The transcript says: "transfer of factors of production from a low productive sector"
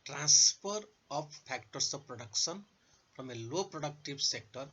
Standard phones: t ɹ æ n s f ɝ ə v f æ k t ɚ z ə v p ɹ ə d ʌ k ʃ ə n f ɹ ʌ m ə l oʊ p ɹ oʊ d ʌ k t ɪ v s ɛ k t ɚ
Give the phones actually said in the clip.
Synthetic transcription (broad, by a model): t ɹ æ n s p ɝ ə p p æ k t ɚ s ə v p ɹ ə d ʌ k s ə n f ɹ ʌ m ə l oʊ p ɹ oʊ d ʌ k t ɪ b s ɛ k t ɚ